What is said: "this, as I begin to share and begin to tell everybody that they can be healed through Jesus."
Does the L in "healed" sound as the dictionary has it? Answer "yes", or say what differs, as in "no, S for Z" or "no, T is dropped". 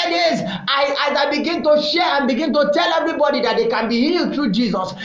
yes